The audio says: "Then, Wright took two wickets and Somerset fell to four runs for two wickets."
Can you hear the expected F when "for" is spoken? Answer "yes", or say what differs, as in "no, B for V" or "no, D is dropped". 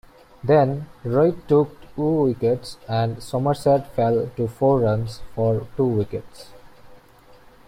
yes